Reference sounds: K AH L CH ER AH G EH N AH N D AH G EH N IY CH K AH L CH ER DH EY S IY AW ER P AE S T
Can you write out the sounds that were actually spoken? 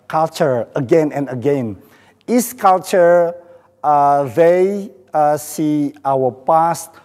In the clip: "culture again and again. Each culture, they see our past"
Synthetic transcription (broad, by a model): K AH L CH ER AH G EH N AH N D AH G EH N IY S K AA L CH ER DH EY S IY AW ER P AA S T